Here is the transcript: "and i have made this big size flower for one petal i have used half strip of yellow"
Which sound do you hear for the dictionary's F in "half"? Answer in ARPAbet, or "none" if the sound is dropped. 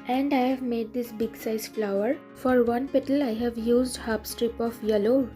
P